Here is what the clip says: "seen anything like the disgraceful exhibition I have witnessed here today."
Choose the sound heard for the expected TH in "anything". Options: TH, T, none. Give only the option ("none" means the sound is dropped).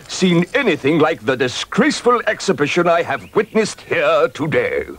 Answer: TH